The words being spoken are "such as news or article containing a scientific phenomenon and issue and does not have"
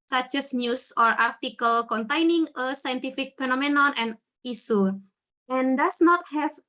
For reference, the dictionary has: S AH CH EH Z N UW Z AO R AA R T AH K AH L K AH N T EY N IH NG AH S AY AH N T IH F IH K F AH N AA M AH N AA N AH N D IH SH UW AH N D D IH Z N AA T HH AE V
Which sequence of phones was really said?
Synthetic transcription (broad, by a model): S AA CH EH S N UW S AO R AA R T AH K AH L K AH N T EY N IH NG AH S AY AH N T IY F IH K F AH N AA M AH N AA N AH N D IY S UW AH N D D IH S N AA T HH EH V